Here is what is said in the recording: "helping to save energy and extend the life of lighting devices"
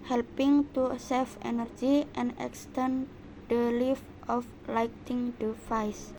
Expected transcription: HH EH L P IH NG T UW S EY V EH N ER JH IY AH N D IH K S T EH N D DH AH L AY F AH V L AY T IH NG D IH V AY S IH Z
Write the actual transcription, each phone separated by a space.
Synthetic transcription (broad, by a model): HH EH L P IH NG T UW S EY F EH N ER JH IY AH N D IH K S T EH N D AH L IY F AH F L AY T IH NG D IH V AY S